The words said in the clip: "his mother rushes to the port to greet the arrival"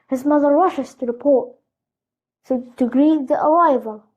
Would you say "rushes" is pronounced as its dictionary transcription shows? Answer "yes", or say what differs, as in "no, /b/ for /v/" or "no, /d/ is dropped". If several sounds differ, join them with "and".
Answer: no, /w/ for /ɹ/